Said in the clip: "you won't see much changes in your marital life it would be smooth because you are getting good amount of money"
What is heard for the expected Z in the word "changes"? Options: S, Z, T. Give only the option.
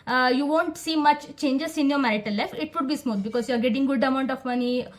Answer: S